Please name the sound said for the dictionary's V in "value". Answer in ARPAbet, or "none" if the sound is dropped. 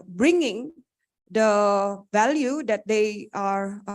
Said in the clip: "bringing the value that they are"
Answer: V